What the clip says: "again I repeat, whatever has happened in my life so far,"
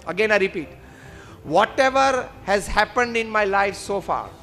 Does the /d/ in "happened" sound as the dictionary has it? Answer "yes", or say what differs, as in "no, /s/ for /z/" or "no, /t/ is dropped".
yes